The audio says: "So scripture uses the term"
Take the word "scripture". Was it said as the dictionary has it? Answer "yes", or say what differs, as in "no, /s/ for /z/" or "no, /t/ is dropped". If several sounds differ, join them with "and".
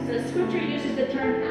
no, /ɹ/ is dropped